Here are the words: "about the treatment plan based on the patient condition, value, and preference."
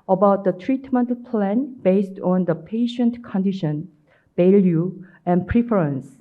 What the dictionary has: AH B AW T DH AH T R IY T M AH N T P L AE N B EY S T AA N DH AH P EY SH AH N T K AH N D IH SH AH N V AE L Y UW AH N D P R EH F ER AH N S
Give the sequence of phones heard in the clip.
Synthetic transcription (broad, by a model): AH B AW T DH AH T R IY T M AH N T P L AE N B EY S T AA N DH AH P EY SH AH N T K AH N D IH SH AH N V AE L Y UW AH N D P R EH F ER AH N S